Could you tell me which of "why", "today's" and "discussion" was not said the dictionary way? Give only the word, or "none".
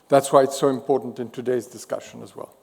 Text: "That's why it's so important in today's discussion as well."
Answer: none